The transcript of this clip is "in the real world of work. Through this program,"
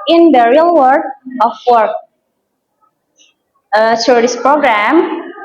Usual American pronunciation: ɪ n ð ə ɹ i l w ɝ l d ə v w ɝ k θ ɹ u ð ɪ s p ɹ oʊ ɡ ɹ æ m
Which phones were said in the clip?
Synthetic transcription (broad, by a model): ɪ n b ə ɹ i l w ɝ d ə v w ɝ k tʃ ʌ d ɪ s p ɹ oʊ ɡ ɹ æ m